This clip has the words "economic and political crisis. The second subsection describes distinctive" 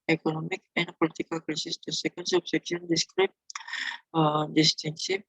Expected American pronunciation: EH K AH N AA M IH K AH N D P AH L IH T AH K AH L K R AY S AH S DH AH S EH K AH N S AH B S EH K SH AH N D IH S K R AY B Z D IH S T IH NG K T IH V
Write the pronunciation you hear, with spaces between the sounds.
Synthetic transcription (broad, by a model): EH K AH N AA M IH K AH N D P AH L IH T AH K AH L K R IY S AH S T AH S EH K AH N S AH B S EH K AH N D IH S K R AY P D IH S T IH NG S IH